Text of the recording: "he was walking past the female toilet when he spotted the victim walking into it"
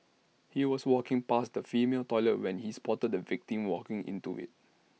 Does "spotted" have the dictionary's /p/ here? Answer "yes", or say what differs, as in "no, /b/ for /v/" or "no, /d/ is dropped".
yes